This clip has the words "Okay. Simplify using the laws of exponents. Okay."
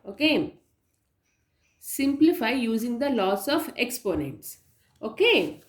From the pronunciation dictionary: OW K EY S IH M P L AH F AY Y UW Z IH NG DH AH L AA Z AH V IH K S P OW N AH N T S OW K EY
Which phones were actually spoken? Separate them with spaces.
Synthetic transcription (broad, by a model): OW K EY S IH M P L AH F AY Y UW Z IH NG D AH L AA S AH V IH K S P OW N AH N T S OW K EY